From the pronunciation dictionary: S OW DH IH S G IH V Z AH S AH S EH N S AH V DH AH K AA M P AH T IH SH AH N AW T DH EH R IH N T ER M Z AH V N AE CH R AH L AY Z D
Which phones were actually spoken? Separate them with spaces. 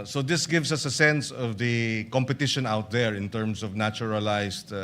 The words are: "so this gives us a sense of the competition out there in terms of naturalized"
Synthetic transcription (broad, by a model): S OW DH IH S G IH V S AH S AH S EH N S AH V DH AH K AA M P AH T IH SH AH N AW T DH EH R IH N T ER M S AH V N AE CH R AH L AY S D